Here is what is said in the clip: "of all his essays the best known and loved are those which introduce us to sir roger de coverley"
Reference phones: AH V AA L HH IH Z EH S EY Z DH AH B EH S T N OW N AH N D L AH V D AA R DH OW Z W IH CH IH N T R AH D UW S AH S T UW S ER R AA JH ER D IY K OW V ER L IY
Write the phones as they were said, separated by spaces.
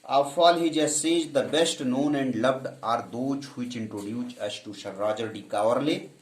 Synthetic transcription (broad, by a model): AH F AA L HH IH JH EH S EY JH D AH B EH S T N OW N AH N D L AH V D AA R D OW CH W IH CH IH N T R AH D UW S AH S T UW SH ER R AA JH ER D IY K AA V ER L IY